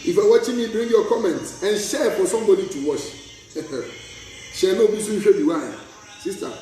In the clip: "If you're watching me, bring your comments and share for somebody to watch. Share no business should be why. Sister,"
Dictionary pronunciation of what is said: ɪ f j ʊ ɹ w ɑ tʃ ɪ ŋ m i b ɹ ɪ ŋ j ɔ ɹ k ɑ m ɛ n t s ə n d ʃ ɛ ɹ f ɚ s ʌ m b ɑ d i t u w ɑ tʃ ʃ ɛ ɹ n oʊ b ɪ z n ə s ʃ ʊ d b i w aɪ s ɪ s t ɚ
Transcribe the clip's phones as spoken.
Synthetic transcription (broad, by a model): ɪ f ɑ w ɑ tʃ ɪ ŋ m i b ɹ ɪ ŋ j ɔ k ɑ m ɛ n t s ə n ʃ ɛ f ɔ s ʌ m b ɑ d i t u w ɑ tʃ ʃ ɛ n oʊ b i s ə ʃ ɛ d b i w aɪ s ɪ s t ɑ